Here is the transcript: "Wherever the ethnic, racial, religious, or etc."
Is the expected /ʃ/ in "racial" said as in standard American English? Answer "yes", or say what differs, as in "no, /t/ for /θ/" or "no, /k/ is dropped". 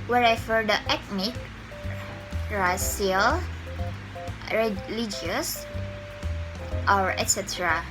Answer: no, /s/ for /ʃ/